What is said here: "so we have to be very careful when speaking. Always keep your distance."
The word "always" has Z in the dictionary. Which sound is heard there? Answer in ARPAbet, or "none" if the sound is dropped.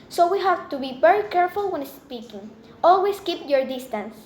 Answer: S